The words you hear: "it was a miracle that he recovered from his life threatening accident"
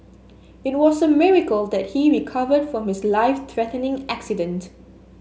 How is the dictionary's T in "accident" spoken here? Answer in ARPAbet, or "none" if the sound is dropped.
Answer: T